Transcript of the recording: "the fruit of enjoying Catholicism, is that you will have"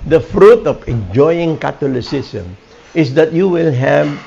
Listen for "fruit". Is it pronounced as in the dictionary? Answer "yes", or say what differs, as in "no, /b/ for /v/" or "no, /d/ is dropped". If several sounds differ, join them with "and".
yes